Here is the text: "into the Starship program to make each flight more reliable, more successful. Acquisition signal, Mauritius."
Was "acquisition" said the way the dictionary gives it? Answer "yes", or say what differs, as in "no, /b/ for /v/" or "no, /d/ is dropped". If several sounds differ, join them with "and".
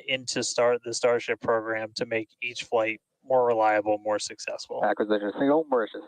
no, /ʃ/ is dropped